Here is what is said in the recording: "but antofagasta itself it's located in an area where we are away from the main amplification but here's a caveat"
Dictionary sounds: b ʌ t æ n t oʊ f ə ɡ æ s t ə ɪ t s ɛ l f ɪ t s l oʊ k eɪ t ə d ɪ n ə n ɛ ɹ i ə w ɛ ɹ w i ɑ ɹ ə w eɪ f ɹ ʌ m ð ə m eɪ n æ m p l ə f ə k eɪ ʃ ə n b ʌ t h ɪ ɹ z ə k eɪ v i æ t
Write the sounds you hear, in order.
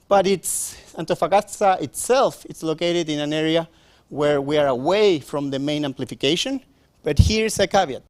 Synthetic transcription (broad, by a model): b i t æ n t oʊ f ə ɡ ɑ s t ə ɪ t s ɛ l f ɪ t s l oʊ k eɪ t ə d ɪ n ə n ɛ ɹ i ə w ɛ ɹ w i ɑ ɹ ə w eɪ f ɹ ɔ m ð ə m eɪ n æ m p l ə f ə k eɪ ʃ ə n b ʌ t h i ɹ s ə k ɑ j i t